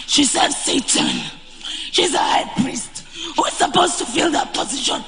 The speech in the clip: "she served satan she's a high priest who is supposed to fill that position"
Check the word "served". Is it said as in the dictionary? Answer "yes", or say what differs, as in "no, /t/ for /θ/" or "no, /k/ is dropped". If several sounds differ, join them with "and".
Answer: no, /v/ is dropped